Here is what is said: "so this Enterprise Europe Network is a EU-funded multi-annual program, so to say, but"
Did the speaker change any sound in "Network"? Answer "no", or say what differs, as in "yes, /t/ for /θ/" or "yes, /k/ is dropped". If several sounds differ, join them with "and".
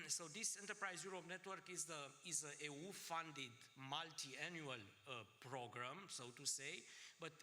no